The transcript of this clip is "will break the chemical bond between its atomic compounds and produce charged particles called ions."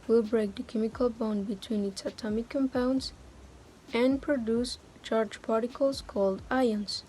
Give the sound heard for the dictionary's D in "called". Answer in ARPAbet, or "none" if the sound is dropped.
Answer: D